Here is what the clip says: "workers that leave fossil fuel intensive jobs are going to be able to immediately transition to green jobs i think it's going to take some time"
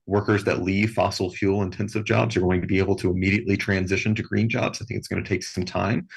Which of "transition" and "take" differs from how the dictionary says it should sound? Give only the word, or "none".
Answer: none